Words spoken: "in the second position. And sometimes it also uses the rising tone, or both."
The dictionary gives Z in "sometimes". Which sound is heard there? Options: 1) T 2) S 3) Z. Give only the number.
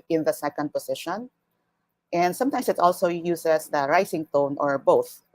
2